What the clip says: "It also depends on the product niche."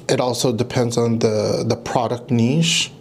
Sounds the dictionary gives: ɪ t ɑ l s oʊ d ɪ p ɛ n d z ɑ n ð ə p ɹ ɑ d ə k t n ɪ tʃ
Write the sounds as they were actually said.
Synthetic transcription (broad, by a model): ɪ t ɑ l s oʊ d ɪ p ɛ n d z n ð ə p ɹ ɑ d ə k t n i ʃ